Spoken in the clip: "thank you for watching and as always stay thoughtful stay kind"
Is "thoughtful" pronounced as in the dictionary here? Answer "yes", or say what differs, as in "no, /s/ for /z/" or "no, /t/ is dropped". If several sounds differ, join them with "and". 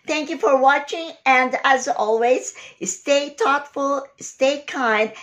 no, /t/ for /θ/